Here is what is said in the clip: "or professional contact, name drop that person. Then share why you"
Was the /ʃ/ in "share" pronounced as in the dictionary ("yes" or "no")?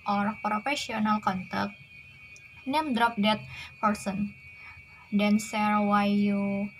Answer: no